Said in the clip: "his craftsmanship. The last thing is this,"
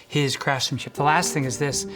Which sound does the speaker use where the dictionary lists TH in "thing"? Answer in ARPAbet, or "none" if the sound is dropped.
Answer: TH